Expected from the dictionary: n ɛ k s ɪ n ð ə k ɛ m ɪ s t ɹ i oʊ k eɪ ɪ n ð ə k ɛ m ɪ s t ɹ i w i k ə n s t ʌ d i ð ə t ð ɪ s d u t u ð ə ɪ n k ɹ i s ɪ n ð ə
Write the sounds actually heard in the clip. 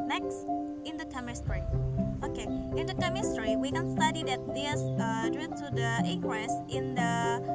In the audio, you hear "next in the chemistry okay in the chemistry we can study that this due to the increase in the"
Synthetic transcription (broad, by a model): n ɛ k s ɪ n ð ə k ɛ m ɪ s t ɹ i oʊ k eɪ ɪ n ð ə k ɛ m ɪ s t ɹ i w i k ə n s t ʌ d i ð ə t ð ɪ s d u t u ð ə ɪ k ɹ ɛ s ɪ n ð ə